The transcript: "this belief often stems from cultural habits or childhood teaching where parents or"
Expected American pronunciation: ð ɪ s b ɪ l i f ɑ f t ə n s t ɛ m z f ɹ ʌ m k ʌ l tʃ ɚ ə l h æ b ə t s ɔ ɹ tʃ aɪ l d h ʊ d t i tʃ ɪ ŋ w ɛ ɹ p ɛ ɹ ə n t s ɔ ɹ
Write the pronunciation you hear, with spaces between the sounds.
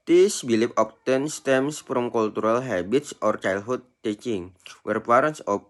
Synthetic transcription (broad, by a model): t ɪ s b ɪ l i p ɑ p t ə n s t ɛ m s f ɹ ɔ m k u l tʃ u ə l h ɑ b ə t s ɔ ɹ tʃ aɪ l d h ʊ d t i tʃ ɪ ŋ w ɛ ɹ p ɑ ɹ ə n s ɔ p